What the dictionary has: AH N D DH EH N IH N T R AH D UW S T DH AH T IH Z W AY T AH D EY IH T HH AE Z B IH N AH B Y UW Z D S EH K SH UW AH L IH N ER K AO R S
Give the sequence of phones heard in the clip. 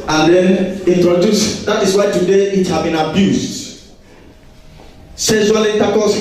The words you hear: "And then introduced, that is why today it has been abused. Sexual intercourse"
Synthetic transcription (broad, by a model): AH N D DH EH N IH N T R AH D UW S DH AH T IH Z W AY T AH D EY IH T HH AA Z B IH N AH B Y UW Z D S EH SH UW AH L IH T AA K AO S